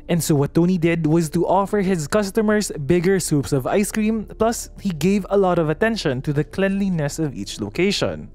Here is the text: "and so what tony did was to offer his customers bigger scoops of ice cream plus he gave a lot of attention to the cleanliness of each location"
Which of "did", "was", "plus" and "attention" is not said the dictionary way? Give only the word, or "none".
none